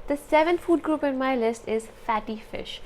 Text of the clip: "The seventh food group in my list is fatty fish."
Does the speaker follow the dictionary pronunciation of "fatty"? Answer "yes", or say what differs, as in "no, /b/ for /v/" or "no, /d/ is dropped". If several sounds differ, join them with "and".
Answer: yes